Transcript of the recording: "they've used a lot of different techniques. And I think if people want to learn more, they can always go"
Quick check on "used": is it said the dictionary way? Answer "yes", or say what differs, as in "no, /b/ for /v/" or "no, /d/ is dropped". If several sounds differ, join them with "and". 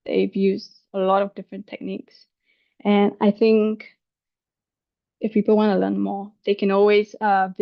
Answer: no, /d/ is dropped